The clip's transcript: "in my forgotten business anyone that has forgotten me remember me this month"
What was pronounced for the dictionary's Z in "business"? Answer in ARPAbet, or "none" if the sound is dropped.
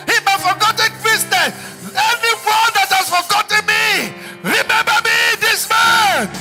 S